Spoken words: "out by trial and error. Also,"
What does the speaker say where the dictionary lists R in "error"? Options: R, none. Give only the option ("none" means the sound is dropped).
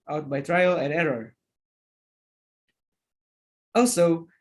R